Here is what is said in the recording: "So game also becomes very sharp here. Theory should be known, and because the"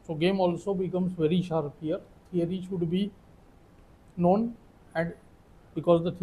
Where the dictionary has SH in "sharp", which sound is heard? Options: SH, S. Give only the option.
SH